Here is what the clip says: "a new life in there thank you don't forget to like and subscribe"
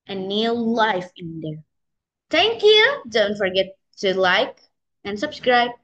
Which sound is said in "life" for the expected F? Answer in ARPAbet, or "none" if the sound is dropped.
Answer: F